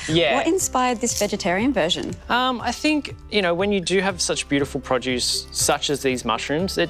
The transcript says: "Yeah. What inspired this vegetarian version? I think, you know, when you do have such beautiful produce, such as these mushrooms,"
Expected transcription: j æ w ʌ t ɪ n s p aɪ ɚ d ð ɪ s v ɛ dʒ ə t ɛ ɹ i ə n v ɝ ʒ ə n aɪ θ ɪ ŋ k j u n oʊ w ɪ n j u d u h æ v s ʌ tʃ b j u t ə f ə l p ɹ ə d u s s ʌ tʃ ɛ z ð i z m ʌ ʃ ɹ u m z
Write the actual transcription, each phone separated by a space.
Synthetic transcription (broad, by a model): j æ w ʌ t ɪ n s p aɪ ɚ d ð ɪ s v ɛ dʒ ə t ɛ ɹ i ə n v ɝ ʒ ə n aɪ θ ɪ ŋ k j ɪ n oʊ w ɪ n j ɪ d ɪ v s ʌ tʃ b j u t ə f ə l p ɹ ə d u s s ʌ tʃ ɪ z ð i z m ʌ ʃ ɹ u m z